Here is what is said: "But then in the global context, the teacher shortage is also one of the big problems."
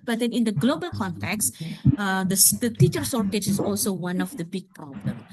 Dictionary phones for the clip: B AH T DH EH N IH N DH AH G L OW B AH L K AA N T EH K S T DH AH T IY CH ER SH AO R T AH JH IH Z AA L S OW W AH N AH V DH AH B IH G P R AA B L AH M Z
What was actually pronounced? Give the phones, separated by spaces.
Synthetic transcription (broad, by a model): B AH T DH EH N IH N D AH G L OW B AH L K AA N T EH K S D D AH T IY CH ER S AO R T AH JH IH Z AA L S OW W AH N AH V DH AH B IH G P R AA B L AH M